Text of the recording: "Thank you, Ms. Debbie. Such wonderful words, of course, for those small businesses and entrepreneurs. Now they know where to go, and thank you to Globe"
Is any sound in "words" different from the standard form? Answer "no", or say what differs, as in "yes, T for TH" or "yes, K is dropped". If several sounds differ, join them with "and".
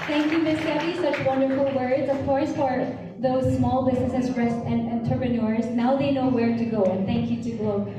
no